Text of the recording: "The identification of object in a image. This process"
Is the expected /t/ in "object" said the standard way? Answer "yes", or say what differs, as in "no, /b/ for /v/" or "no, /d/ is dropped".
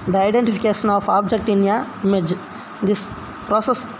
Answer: yes